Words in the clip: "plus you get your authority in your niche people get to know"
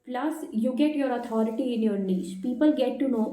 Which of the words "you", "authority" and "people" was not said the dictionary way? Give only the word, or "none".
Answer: authority